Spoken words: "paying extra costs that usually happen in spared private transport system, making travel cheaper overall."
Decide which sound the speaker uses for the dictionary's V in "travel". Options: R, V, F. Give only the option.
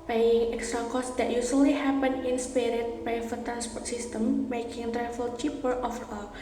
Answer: F